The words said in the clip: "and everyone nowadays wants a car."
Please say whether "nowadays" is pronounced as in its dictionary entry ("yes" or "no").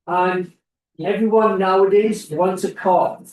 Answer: yes